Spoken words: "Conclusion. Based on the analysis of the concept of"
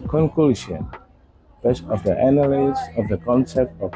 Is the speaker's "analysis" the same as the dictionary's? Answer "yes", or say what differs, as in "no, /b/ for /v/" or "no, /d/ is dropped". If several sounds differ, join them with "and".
no, /n/ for /l/